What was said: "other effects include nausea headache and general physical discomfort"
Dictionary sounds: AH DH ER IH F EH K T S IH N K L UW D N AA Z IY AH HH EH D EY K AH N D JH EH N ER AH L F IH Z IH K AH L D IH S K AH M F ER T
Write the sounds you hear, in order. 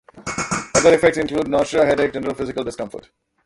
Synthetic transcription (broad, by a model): AH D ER IH F EH K T S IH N K L UW D N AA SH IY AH HH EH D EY AH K JH EH N ER AH L F IH Z IH K AH L D IH S K AH M F ER T